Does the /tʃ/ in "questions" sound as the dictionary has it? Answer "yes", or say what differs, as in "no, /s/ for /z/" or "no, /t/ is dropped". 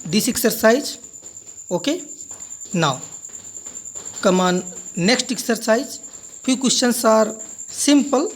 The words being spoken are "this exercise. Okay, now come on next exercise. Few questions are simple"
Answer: no, /tʃ/ is dropped